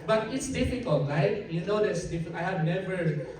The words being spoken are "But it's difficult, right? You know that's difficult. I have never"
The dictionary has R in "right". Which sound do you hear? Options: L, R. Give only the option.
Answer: L